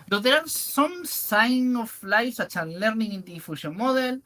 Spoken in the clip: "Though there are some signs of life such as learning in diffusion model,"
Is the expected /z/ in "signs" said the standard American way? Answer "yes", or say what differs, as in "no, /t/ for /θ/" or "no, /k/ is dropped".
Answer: no, /z/ is dropped